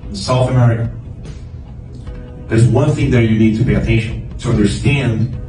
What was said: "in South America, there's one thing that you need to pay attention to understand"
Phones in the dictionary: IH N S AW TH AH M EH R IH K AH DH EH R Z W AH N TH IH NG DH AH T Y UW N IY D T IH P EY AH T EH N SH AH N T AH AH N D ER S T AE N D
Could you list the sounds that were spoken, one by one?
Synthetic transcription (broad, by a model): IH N S AW TH AH M EH R IH K AH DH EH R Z W AH N TH IH NG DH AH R Y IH N IY D T IH P EY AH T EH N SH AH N T AH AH N D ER S T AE N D